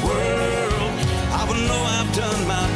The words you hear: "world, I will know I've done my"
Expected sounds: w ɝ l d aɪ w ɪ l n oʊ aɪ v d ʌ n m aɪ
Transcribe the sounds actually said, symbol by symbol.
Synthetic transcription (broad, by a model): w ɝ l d aɪ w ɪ n n oʊ aɪ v d ʌ n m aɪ